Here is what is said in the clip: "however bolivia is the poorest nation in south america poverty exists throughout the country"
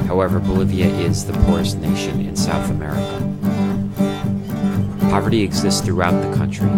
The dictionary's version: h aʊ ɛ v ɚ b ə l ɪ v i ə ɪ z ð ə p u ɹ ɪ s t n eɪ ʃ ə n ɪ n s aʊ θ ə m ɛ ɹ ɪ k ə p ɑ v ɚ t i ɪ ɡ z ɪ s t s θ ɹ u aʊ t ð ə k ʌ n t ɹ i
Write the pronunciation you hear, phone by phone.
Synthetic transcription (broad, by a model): h aʊ ɛ v ɚ b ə l ɪ v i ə ɪ z ð ə p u ɹ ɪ s t n eɪ ʃ ə n ɪ n s aʊ θ ə m ɛ ɹ ɪ k ə p ɑ v ɚ t i ɪ ɡ z ɪ s t s θ ɹ u aʊ t ð ə k ʌ n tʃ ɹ i